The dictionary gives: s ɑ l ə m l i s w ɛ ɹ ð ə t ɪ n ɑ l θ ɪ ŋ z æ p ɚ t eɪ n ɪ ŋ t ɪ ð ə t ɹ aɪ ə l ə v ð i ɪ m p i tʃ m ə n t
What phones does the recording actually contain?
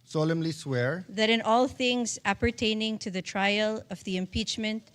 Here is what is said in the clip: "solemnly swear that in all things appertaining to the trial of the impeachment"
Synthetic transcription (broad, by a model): s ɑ l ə m l i s w ɛ ɹ ð ə t ɪ n ɑ l θ ɪ ŋ z æ p ɚ t eɪ n ɪ ŋ t ɪ ð ə t ɹ aɪ ə l ə v ð i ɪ m p i tʃ m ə n t